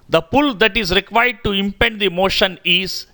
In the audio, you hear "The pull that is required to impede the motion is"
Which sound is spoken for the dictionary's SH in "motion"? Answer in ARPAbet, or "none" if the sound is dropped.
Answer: SH